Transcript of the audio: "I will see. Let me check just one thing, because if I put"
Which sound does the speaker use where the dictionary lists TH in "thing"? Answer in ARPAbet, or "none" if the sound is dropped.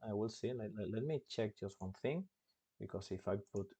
TH